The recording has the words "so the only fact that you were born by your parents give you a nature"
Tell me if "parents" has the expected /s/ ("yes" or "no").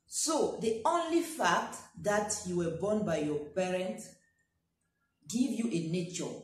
no